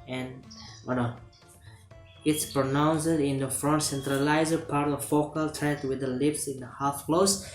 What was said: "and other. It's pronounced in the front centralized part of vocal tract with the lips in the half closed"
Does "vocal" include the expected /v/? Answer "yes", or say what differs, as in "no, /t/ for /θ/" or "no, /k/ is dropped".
no, /f/ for /v/